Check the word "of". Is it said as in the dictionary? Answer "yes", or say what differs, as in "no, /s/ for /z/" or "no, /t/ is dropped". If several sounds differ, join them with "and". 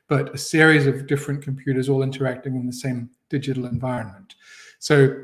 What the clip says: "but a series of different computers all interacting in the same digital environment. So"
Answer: yes